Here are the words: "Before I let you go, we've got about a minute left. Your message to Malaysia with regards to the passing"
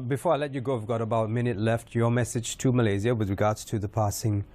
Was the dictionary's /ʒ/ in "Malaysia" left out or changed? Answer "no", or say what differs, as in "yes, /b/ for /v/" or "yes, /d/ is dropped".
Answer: yes, /z/ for /ʒ/